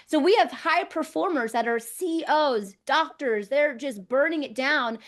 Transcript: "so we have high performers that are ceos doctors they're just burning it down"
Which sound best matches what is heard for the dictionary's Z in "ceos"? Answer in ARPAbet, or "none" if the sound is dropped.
Z